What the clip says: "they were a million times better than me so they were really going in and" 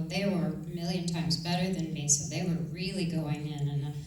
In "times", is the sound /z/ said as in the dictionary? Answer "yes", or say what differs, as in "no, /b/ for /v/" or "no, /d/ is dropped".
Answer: yes